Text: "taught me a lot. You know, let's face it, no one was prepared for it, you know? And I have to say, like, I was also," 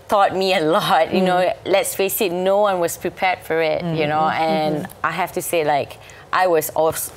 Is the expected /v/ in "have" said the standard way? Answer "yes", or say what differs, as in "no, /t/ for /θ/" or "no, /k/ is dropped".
no, /f/ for /v/